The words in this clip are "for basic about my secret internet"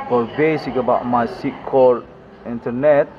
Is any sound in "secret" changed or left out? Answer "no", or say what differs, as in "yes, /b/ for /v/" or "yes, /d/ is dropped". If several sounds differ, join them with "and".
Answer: yes, /ɹ/ is dropped